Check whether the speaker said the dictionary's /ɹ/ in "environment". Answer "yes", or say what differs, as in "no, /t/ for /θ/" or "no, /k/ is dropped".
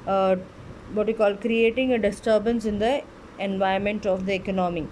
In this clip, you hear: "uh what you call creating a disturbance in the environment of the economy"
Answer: no, /ɹ/ is dropped